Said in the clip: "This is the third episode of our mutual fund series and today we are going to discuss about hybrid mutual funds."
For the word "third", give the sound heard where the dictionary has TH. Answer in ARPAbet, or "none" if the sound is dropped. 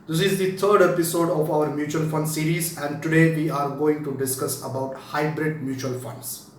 T